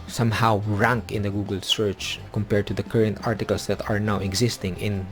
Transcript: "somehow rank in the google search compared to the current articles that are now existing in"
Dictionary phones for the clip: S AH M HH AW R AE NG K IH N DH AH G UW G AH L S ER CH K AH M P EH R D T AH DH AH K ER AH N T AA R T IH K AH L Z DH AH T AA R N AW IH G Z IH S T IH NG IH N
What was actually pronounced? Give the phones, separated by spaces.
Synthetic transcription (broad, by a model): S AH M HH AW R AE NG K IH N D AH G UW G AH L S ER CH K AH M P EH R D T AH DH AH K ER AH N T AA R T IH K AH L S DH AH T AA R N AW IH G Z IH S T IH NG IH N